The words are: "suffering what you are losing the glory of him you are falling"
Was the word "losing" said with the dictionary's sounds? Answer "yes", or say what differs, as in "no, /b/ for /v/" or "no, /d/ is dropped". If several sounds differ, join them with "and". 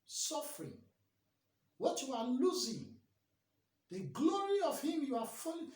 yes